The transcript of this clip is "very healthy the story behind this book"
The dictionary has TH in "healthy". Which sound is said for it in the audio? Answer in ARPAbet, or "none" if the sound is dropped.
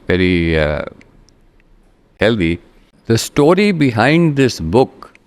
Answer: T